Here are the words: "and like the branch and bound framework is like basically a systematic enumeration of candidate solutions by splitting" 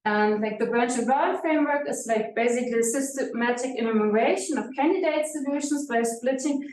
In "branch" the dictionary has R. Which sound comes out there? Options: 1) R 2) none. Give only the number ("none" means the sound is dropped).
1